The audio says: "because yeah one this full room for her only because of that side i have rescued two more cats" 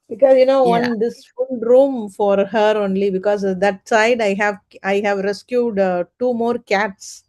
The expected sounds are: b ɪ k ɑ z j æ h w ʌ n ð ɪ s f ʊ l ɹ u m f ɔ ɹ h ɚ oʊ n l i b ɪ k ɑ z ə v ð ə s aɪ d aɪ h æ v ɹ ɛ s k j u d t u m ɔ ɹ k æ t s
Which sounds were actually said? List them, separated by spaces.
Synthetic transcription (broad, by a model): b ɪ k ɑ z j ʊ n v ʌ n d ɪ s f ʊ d ɹ u m f ɔ ɹ h ɚ oʊ n l i b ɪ k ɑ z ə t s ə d aɪ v aɪ h æ v ɹ ɛ s k j u d t u m ɔ ɹ k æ t s